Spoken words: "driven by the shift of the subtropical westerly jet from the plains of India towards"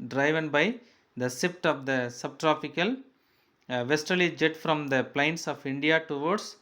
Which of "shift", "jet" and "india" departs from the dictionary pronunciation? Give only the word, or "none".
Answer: shift